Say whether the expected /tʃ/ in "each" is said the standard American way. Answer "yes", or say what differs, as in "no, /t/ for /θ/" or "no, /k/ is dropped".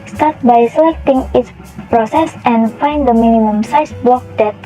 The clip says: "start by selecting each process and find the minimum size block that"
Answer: no, /s/ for /tʃ/